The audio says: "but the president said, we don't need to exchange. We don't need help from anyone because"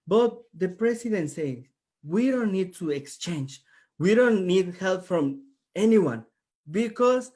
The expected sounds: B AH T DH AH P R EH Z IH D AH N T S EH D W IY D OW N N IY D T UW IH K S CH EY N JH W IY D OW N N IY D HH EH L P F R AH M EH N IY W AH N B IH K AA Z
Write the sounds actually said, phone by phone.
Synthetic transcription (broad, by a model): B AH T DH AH P R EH S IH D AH N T S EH W IY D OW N N IY D T UW IH K S CH EY N JH W IY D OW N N IY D HH EH L P F R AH M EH N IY W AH N B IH K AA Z